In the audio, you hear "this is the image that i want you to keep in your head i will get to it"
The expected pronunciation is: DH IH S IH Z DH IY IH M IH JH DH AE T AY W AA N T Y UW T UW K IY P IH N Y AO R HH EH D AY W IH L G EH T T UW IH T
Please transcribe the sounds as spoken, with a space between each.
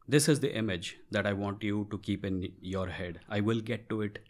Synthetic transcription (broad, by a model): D IH S IH Z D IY IH M IH JH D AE T AY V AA N T Y UW T UW K IY P IH N Y AO R HH EH D AY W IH L G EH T T UW IH T